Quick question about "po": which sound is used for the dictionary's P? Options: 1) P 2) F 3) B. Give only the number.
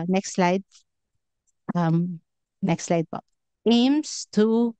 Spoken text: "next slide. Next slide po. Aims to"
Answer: 3